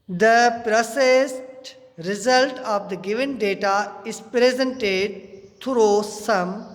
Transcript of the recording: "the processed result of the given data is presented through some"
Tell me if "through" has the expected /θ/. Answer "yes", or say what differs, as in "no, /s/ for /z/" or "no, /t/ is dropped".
no, /t/ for /θ/